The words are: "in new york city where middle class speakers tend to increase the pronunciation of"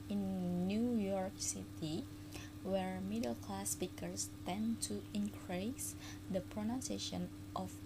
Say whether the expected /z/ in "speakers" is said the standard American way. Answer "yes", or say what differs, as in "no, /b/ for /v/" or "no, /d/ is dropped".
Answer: no, /s/ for /z/